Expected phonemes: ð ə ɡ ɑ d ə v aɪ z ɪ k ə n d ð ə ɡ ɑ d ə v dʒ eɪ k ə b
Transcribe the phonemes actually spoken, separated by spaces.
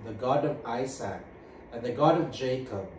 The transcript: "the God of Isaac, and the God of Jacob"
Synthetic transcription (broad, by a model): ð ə ɡ ɑ d ə v aɪ s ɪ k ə n ð ə ɡ ɑ d ə v dʒ eɪ k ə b